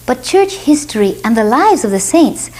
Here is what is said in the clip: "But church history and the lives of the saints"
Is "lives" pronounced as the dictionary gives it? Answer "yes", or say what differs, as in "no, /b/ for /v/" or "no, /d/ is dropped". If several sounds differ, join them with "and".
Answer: yes